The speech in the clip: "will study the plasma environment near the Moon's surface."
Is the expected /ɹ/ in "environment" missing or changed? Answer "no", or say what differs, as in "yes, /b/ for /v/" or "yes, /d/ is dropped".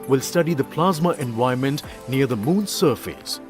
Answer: yes, /ɹ/ is dropped